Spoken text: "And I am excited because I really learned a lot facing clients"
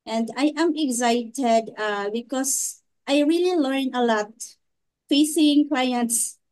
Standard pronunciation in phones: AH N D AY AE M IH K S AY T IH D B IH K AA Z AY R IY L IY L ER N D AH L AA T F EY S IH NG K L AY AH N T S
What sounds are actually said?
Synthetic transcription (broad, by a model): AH N D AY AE M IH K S AY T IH D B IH K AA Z AY R IY L IY L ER N AH L AA T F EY S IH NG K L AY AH N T S